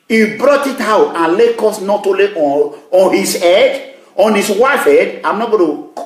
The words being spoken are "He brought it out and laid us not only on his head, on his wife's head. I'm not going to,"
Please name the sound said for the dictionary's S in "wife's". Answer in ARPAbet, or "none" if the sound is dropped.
none